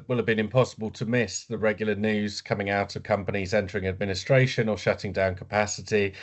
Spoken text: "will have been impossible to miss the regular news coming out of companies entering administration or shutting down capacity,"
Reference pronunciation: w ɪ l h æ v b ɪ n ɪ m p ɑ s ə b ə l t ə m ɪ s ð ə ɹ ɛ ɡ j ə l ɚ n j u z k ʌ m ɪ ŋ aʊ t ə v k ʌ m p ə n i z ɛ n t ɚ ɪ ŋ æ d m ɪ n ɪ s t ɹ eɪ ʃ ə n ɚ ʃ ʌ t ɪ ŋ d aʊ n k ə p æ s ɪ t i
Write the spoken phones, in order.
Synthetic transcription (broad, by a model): w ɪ l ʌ v b ɪ n ɪ m p ɑ s ə b ə l t ə m ɪ s ð ə ɹ ɛ ɡ j l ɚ n j u z k ʌ m ɪ ŋ aʊ t ə v k ʌ m p ə n i z ɛ n t ɚ ɪ ŋ æ d m ɪ n ɪ s t ɹ eɪ ʃ ə n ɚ ʃ ʌ t ɪ ŋ d aʊ n k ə p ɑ s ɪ t i